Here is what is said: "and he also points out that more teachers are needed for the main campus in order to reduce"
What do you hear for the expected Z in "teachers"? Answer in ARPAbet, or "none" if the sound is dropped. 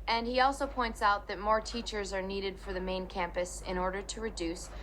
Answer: Z